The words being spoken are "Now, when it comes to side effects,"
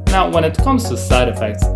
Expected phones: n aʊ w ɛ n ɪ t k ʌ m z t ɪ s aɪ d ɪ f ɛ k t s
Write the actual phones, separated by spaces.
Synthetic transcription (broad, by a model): n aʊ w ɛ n ɪ t k ʌ m z t ɪ s aɪ d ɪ f ɛ k t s